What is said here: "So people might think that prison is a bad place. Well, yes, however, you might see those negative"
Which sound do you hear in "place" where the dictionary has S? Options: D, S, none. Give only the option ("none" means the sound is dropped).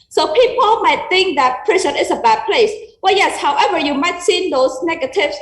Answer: S